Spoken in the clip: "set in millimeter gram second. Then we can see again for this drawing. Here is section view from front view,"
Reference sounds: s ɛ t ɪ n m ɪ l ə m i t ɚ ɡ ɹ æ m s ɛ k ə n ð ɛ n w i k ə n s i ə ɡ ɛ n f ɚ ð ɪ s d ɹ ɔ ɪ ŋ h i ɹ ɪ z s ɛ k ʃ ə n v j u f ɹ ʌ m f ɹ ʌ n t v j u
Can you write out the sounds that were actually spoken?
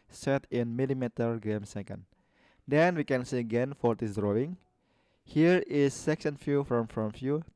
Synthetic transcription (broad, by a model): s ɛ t ɪ n m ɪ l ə m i t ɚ ɡ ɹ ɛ m s ɛ k ə n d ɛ n w i k ə n s i ə ɡ ɛ n f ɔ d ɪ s d ɹ ɔ ɪ ŋ h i ɹ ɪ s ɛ k s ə n f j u f ɹ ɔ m f ɹ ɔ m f j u